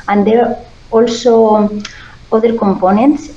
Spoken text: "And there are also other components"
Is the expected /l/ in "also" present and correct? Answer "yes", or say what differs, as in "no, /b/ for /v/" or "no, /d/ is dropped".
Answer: yes